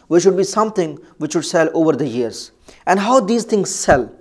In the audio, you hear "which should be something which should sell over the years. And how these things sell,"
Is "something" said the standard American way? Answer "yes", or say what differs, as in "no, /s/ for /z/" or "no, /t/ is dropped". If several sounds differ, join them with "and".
no, /t/ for /θ/